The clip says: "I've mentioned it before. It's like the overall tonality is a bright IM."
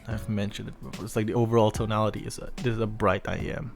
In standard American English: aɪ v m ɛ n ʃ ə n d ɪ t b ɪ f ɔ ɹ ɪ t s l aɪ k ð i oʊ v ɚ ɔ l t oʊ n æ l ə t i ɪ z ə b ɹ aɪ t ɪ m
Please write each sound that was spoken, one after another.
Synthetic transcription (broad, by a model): aɪ v m ɛ n ʃ ə n d ɪ t b ɪ f ɔ ɹ ɪ t s l aɪ k ð i oʊ v ɚ ɔ l t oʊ n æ l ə t i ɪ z ə b ɹ aɪ t ɪ m